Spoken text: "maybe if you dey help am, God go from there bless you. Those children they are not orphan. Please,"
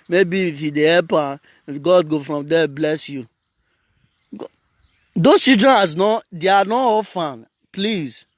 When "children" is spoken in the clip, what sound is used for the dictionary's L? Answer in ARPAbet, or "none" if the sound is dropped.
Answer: none